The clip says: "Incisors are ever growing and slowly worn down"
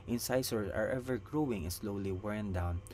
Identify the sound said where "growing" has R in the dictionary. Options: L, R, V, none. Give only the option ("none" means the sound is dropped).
R